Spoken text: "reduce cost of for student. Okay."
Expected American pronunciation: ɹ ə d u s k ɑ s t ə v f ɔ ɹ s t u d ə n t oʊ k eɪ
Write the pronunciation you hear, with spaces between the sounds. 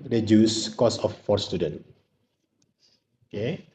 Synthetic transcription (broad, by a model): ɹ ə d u s k ɑ s ə f ɔ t s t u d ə n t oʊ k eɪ